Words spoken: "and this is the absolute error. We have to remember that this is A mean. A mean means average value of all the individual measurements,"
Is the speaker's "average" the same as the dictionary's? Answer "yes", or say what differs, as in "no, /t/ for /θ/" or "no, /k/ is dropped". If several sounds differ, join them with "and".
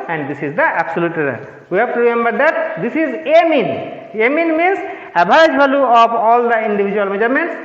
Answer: no, /b/ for /v/